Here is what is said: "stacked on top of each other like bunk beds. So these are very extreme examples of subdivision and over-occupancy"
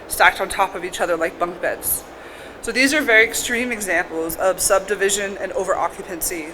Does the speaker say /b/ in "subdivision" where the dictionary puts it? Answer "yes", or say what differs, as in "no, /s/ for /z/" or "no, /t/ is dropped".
yes